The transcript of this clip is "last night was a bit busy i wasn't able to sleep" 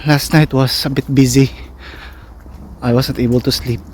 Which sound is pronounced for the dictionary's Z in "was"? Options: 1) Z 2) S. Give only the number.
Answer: 2